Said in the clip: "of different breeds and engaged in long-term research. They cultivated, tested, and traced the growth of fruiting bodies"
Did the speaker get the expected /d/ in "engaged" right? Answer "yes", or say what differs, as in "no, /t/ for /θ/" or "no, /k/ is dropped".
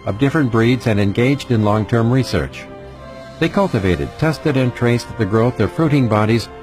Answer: yes